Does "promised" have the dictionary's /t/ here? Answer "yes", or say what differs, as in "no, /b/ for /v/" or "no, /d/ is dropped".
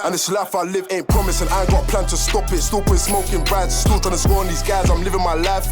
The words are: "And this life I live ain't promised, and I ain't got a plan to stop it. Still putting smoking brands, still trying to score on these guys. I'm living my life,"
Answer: no, /t/ is dropped